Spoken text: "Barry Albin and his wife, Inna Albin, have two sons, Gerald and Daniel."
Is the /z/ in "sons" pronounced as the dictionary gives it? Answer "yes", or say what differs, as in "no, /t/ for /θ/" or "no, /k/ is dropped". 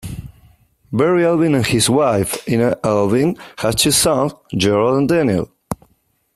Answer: no, /z/ is dropped